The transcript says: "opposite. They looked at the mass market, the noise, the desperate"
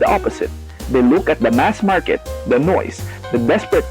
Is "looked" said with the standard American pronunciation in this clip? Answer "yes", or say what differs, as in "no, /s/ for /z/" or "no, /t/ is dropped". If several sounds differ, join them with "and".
no, /t/ is dropped